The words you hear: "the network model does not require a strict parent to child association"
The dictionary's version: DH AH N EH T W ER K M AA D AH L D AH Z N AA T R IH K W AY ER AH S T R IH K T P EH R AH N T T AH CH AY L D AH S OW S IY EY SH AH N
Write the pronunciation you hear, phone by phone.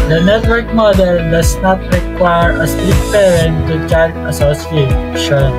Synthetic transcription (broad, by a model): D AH N EH T W ER K M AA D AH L D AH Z N AA T R IH K W AY ER AH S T IH T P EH R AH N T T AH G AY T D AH S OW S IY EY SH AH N